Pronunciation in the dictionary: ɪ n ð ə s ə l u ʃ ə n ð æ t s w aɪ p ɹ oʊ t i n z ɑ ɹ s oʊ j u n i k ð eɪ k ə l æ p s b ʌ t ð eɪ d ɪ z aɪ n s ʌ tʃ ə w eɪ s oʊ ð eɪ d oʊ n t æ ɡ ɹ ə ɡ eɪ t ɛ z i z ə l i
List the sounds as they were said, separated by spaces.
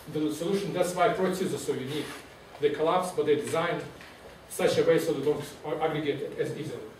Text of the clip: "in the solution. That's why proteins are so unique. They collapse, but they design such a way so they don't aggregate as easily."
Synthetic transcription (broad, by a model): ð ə s ə l u ʃ ə n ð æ t s w aɪ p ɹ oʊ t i z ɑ l s oʊ j u n i k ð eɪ k ə l æ p s b ʌ t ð eɪ d ɪ z aɪ n s ʌ tʃ ə w eɪ s oʊ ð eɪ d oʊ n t æ ɡ ɹ ə ɡ eɪ t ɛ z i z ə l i